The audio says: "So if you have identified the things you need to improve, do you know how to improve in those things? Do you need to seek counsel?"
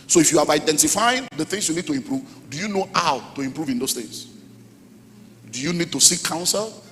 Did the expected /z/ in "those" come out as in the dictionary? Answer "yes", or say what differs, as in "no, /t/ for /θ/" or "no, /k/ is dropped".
no, /s/ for /z/